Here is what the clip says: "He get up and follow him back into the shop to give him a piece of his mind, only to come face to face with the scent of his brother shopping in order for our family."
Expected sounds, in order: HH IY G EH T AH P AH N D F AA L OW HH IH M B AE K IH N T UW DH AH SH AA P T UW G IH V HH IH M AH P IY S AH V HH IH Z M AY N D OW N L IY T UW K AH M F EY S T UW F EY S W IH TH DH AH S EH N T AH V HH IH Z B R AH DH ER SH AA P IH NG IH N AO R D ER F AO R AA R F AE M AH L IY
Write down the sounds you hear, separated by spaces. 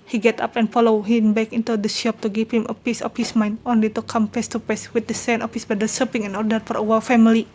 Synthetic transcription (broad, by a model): HH IY G EH T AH P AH N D F AA L OW HH IH M B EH K IH N T UW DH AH SH AA P T UW G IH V HH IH M AH P IY S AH F HH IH S M AY N D OW N L IY T UW K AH M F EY S T UW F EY S W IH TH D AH S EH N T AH F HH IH S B AH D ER S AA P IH NG IH N AO R D ER F AO R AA W F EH M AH L IY